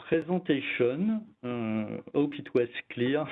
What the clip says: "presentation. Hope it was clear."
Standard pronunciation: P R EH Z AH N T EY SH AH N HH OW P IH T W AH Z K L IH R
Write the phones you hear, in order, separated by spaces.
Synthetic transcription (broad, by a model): P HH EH Z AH T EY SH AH N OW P IH T W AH S K L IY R